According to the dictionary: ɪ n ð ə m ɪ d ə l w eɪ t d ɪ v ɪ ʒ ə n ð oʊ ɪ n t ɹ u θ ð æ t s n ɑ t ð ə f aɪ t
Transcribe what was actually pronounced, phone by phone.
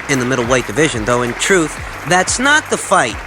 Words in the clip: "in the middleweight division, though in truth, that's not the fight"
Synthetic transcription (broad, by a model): ɪ n ð ə m ɪ d l w eɪ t d ɪ v ɪ ʒ ə n ð oʊ ɪ n t ɹ u θ ð æ t s n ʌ t ð ə f aɪ t